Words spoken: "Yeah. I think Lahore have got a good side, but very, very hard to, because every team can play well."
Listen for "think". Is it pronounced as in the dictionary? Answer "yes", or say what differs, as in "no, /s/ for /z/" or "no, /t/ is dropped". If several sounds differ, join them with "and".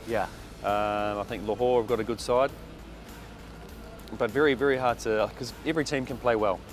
yes